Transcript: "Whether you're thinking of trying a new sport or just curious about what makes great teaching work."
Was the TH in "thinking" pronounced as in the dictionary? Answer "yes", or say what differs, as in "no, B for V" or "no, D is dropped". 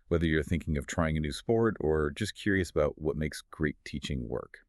yes